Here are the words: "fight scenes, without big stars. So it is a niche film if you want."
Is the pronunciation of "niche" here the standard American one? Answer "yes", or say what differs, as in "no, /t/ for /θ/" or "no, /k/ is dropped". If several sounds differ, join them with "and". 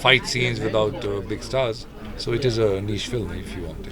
no, /ʃ/ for /tʃ/